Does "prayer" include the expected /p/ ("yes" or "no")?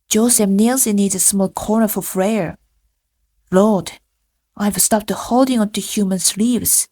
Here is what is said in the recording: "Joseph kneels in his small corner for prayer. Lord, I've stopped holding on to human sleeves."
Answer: no